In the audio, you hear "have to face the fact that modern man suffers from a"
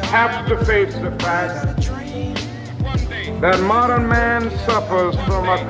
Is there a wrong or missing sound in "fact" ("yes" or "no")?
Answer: yes